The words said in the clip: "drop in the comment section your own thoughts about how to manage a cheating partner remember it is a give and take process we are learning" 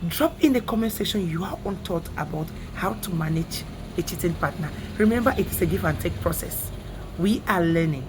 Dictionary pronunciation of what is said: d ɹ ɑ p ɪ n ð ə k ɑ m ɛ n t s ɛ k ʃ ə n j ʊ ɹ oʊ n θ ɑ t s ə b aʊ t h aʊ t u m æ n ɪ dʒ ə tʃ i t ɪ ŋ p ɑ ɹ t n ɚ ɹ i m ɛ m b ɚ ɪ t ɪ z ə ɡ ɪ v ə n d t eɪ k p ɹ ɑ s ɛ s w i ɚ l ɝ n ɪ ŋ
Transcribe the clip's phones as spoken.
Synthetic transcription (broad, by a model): d ɹ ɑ p ɪ n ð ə k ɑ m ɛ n s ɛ ʃ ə n j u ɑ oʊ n t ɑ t ə b aʊ t h aʊ t u m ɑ n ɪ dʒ ə tʃ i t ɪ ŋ p ɑ t n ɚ ɹ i m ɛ m b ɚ ɪ t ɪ s ə ɡ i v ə n t eɪ k p ɹ ɑ s ɛ s w i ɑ l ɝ n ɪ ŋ